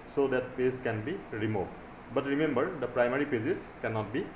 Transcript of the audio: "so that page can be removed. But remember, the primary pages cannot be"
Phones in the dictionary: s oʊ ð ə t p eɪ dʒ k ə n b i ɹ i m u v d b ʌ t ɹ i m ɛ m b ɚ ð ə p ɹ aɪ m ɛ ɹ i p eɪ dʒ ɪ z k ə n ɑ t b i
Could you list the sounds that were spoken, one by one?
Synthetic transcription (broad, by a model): s oʊ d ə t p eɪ z k ə n b i ɹ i m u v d b ʌ t ɹ i m ɛ m b ɚ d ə p ɹ aɪ m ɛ ɹ i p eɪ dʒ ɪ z k ə n ɑ t b i